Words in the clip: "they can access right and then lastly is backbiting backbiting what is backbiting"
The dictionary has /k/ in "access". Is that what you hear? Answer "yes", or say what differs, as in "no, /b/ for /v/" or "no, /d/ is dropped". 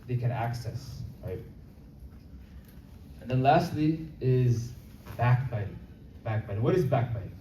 yes